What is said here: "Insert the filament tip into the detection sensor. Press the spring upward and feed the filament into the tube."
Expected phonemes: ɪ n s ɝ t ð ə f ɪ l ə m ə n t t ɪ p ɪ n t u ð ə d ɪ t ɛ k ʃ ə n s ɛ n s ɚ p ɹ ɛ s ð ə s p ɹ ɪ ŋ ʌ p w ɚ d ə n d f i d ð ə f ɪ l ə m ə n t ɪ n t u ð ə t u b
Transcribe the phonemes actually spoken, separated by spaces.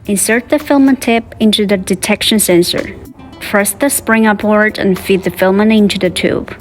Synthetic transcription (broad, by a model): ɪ n s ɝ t ð ə f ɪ l m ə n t t ɪ p ɪ n t u ð ə d ɪ t ɛ k ʃ ə n s ɛ n s ɚ f ɹ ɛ s ð ə s p ɹ ɪ ŋ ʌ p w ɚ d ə n f i d ð ə f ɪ l m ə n ɪ n t u ð ə t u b